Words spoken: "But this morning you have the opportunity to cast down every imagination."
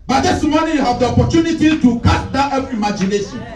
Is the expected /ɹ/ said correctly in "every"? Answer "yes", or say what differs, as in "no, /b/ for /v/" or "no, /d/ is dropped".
no, /ɹ/ is dropped